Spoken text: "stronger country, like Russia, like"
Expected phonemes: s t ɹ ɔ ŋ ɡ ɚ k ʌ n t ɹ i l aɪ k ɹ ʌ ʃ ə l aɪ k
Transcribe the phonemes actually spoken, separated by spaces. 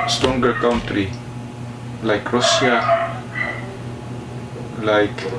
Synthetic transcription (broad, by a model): s t ɹ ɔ ŋ ɡ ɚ k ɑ n t ɹ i l aɪ k ɹ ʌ s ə l aɪ k